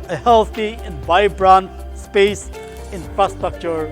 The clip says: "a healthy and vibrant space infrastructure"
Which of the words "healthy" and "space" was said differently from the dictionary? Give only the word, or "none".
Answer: healthy